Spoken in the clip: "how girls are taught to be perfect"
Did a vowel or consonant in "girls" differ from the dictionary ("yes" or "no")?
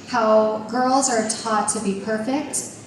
no